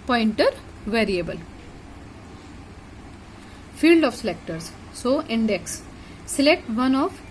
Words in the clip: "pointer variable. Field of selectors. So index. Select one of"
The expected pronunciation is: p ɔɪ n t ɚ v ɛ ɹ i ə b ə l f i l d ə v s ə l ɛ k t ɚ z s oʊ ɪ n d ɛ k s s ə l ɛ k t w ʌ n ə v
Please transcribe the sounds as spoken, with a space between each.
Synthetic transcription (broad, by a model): p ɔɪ n t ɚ v ɛ ɹ i ə b ə l f i l d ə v s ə l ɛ k t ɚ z s oʊ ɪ n d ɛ k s s ə l ɛ k t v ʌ n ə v